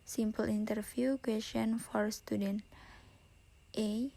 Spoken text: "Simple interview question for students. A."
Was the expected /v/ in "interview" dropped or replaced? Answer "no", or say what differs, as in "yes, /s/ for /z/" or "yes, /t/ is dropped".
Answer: yes, /f/ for /v/